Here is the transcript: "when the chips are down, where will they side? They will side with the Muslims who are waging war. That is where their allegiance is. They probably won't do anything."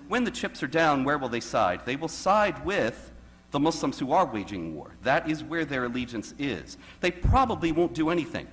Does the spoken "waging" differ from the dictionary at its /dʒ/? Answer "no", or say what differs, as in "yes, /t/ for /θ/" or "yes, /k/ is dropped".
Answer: no